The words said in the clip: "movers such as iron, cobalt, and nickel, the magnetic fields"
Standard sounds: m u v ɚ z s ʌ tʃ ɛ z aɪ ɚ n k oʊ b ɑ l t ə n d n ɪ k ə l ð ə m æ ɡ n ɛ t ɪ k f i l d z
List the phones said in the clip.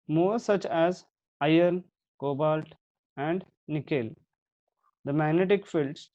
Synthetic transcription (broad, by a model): m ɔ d s ʌ tʃ ɛ z aɪ ɚ n k oʊ b ɑ l t ə n d n ɪ k ə l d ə m æ ɡ n ɛ t ɪ k f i l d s